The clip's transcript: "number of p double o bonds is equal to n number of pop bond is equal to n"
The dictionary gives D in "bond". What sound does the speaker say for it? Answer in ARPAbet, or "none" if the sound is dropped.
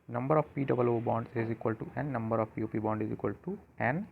D